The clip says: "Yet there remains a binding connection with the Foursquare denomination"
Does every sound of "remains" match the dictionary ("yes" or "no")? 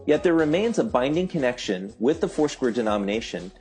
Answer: yes